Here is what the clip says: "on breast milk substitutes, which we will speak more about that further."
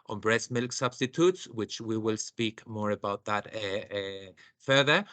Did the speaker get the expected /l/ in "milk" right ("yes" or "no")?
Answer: yes